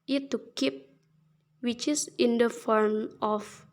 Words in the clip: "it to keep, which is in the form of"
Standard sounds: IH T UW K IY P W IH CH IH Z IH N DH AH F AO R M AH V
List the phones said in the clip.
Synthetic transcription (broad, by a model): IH T UW K IY P W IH CH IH S IH N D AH F AO R M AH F